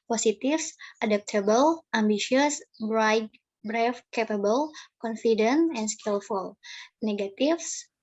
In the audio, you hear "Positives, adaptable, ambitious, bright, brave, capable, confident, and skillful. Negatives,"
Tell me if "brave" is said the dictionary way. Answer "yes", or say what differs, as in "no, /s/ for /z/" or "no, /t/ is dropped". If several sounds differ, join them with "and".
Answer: no, /f/ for /v/